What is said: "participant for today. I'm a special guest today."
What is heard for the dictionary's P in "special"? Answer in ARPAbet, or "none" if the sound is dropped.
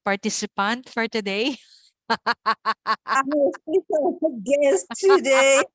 none